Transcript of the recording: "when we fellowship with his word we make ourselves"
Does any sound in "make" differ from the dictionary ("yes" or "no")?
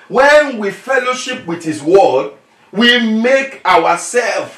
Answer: no